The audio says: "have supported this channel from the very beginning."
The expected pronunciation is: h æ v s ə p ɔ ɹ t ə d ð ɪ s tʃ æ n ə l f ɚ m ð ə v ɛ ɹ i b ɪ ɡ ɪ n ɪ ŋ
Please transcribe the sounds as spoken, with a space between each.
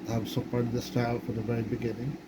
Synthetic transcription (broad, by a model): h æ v s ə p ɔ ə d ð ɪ s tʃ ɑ ə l f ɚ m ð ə v ɛ ɹ i b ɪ ɡ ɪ n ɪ ŋ